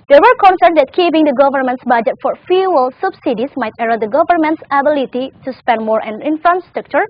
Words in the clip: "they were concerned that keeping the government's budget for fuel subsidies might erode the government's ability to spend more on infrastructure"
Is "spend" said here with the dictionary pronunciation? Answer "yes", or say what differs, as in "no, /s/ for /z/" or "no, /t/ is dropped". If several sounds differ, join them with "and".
yes